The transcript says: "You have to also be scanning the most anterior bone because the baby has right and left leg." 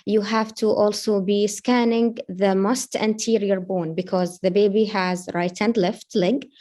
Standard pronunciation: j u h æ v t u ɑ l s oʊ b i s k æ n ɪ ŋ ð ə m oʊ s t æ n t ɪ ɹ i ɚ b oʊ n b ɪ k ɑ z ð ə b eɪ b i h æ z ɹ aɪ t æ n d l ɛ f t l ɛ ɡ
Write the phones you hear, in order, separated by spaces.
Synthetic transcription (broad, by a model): j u h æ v t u ɑ l s oʊ b i s k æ n ɪ ŋ ð ə m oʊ s t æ n t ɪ ɹ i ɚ b oʊ n b ɪ k ɑ z ð ə b eɪ b i h æ z ɹ aɪ t æ n d l ɛ f t l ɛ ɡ